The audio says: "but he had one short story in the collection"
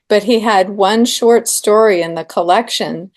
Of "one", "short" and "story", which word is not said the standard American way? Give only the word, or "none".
none